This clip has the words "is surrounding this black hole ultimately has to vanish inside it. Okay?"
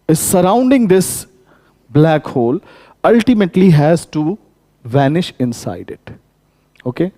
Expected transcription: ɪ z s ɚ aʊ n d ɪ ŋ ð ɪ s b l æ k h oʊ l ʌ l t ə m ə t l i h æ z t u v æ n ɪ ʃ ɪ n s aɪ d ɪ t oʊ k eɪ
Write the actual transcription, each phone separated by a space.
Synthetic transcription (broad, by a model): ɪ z s ɚ aʊ n d ɪ ŋ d ɪ s b l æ k h oʊ l ʌ l t ə m ə t l i h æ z t u v æ n ɪ ʃ ɪ n s aɪ d ɪ t oʊ k eɪ